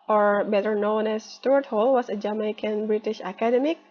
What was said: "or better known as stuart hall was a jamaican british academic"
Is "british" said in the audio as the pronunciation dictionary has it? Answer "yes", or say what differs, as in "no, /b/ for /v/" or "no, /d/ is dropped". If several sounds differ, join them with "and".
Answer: yes